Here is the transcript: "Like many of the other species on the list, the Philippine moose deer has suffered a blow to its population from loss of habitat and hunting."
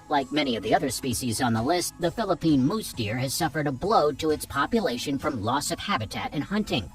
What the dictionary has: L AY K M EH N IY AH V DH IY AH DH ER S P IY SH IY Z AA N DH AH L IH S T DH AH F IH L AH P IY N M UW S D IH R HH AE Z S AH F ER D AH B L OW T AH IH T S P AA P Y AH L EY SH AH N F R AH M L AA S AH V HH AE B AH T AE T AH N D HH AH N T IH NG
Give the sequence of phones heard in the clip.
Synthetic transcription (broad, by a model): L AY K M EH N IY AH V DH IY AH DH ER S P IY SH IY Z N DH AH L IH S T DH AH F IH L AH P IY N M UW S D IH R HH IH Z S AH F ER D AH B L OW T AH IH T S P AA P Y AH L EY SH AH N F R AH M L AA S AH V HH AE B AH T AE T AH N HH AH N T IH NG